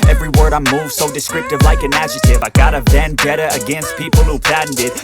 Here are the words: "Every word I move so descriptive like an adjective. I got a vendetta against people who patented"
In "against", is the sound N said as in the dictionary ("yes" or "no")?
yes